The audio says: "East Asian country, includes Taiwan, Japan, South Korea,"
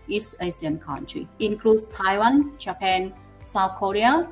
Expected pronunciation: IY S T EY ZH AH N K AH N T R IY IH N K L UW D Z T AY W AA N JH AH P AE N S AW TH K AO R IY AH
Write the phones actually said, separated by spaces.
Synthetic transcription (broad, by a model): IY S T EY S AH N K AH N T R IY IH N K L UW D S T AY W AA N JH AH P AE N S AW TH K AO R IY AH